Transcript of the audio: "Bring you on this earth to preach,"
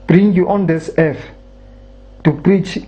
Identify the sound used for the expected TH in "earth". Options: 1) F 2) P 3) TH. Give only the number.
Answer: 1